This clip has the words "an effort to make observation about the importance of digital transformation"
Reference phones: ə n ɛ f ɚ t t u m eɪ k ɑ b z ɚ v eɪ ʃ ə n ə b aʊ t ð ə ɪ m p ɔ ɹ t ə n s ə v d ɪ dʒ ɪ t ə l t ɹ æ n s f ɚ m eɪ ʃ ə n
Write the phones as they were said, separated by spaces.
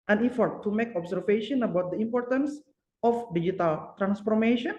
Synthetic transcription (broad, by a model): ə n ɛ f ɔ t t u m eɪ k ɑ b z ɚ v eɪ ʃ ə n ə b aʊ t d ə ɪ m p ɔ ɹ t ə n s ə f d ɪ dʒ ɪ t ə l t ɹ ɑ n s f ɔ m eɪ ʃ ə n